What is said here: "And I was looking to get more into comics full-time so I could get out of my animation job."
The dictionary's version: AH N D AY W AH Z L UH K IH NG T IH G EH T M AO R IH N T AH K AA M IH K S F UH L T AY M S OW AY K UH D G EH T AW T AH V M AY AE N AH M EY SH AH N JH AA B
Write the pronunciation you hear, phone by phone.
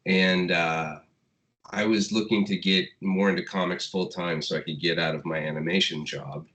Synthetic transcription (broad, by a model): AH N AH AY W AH Z L UH K IH NG T IH G EH T M AO R IH N T AH K AA M IH K S F UH L T AY M S OW AY K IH D G EH T AW T AH V M AY AE N AH M EY SH AH N JH AA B